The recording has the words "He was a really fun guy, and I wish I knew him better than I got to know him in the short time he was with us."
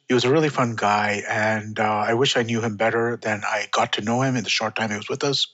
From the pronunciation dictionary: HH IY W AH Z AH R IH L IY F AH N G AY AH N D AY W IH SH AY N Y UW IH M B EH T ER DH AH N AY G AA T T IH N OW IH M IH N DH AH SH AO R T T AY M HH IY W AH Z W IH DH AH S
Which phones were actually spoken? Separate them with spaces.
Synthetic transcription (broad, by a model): HH IY W AH Z AH R IH L IY F AH N G AY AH N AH AY W IH SH AY N Y UW IH M B EH T ER DH AH N AY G AA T T IH N OW IH M IH N DH AH SH AO R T T AY M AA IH W AH Z W IH DH AH S